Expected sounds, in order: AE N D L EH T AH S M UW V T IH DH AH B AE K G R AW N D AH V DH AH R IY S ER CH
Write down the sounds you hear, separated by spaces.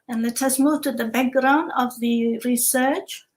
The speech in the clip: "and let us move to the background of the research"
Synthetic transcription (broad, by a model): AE N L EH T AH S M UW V T IH DH AH B AE K G R AW N D AH V DH AH R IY S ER CH